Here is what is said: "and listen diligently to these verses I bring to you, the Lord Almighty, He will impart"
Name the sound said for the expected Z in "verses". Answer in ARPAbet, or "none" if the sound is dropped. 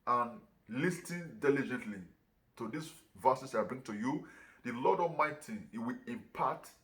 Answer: S